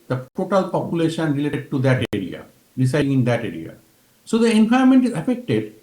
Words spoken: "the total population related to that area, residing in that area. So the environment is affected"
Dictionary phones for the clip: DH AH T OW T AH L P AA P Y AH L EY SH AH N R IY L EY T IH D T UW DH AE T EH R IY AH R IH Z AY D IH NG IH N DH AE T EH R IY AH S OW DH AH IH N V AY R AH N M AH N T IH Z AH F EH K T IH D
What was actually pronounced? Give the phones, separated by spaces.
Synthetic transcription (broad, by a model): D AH T OW T AH L P AA P Y AH L EY SH AH N R IY L EY T IH D T UW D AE T EH R IY AH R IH S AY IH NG IH N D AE T EH R IY AH S OW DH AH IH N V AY AH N M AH N T IH Z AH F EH K T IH D